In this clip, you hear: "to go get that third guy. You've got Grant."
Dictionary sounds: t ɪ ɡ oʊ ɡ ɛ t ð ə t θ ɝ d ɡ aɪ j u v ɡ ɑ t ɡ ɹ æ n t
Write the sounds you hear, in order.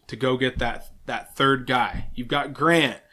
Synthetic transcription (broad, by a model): t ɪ ɡ oʊ ɡ ɛ t ð ə t θ ɝ d ɡ aɪ j u v ɡ ɑ t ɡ ɹ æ n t